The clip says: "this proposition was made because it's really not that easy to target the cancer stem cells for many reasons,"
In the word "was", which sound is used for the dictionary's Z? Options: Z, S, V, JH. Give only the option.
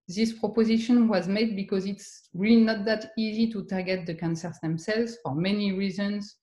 Z